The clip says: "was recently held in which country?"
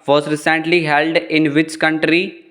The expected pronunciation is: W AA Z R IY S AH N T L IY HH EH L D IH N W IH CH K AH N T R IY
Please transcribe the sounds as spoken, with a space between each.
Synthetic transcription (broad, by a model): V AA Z R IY S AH N T L IY HH EH L D IH N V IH CH K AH N T R IY